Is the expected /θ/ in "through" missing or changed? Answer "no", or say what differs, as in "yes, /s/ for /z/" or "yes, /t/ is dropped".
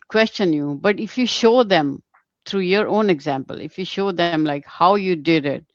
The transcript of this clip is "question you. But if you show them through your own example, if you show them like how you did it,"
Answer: yes, /t/ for /θ/